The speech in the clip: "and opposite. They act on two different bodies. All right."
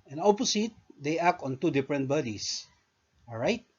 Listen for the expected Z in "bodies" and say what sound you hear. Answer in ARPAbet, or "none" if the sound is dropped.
S